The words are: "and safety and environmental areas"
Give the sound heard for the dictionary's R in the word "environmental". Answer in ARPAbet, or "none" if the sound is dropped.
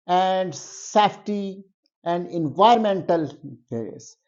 none